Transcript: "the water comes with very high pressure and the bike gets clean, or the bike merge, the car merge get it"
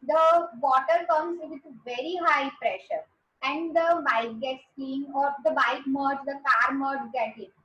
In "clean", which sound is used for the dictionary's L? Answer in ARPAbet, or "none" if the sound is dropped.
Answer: none